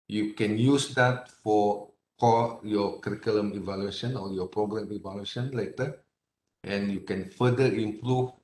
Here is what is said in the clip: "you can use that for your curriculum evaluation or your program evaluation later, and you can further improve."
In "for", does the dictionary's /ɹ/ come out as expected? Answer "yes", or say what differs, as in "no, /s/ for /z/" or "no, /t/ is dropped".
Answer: no, /l/ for /ɹ/